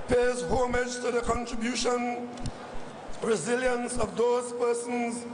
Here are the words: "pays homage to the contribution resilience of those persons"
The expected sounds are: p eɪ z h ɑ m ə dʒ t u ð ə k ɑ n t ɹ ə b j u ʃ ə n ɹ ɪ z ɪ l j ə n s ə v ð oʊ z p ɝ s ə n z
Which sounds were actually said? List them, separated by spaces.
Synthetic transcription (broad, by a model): p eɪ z h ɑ m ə dʒ t u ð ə k ɑ n t ɹ ə b j u ʃ ə n ɹ ɪ z ɪ l j ə n s ə v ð oʊ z p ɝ s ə n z